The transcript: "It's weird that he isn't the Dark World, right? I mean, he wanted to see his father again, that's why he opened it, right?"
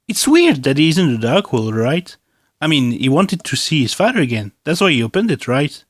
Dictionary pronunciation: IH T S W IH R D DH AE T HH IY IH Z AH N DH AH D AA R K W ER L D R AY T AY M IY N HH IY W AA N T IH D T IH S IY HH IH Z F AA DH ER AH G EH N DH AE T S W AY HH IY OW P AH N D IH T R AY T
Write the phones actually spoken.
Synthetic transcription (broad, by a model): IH T S W IH R D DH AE T HH IY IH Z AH N DH AH D AA R K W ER L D R AY T AY M IY N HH IY W AA N T IH D T IH S IY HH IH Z F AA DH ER AH G EH N DH AE T S W AY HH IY OW P AH N D IH T R AY T